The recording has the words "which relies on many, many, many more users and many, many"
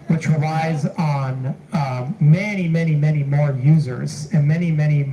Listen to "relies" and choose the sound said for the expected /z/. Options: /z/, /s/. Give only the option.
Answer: /z/